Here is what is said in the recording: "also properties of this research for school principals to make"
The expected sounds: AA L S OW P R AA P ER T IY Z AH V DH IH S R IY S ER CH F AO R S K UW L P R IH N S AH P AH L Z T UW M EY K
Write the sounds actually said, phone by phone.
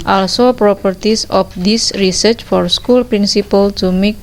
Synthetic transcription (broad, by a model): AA L S OW P R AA P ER T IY S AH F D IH S R IY S ER CH F AO R S K UW L P R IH N S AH P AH L T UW M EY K